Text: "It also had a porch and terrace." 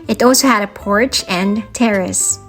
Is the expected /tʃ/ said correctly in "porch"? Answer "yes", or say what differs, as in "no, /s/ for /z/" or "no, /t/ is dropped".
yes